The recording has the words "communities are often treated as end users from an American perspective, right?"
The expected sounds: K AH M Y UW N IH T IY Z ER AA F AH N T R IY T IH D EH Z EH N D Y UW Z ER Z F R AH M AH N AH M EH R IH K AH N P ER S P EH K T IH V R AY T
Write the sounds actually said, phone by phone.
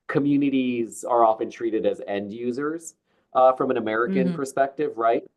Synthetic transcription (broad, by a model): K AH M Y UW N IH T IY Z ER AA F AH N T R IY T IH D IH Z EH N D Y UW Z ER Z F R AH M AH N AH M EH R IH K AH N P ER S P EH K T IH V R AY T